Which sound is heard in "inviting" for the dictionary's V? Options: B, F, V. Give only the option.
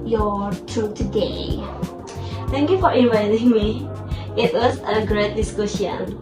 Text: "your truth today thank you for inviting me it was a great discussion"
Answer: V